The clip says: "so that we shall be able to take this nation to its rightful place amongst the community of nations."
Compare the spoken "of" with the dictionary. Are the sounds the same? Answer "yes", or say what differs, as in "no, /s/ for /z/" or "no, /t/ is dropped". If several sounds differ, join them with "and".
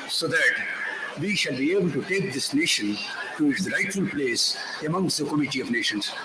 yes